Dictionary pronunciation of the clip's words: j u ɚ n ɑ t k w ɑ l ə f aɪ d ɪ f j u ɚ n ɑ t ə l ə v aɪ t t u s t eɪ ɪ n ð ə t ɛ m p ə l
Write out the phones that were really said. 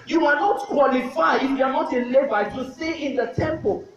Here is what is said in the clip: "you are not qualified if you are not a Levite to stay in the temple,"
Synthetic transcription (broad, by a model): j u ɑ n ɑ t k w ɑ l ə f aɪ ɪ f j u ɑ n ɑ t ə l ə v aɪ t t u s t eɪ ɪ n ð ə t ɛ m p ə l